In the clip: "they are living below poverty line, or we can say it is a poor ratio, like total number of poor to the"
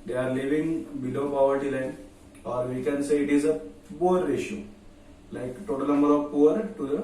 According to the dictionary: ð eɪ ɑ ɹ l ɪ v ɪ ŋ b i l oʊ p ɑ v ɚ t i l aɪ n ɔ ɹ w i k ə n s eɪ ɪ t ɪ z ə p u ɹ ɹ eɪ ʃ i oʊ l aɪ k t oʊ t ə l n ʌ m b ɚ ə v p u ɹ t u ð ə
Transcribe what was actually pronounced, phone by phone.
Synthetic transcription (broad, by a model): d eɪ ɑ ɹ l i v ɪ ŋ b i l oʊ p ɑ v ɚ t i l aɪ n ɔ ɹ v i k ə n s eɪ ɪ t ɪ z ə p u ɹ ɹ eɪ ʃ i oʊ l aɪ k t oʊ t ə l n ʌ m b ɚ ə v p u ɹ t u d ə